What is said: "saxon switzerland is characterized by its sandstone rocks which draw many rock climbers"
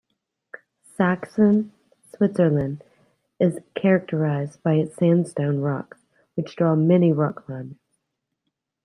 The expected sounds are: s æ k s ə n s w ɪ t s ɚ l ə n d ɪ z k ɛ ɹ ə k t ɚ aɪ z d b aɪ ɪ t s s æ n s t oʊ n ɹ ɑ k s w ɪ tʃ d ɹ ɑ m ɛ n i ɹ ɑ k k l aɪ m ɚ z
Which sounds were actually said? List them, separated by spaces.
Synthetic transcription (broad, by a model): s æ k s ə n s w ɪ t s ɚ l ə n d ɪ z k ɛ ɹ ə k t ɚ aɪ z b aɪ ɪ t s s æ n s t oʊ n ɹ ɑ k w ɪ tʃ d ɹ ɑ m ɛ n i ɹ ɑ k k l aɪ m